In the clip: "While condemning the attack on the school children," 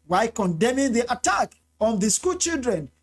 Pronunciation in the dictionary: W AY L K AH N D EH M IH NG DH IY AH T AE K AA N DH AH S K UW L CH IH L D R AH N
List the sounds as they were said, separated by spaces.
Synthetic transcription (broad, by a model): W AY K AH N D EH M IH NG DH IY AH T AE K AA N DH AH S K UW L CH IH L D R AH N